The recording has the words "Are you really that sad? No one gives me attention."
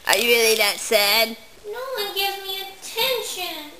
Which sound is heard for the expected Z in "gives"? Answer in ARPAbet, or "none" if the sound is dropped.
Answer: none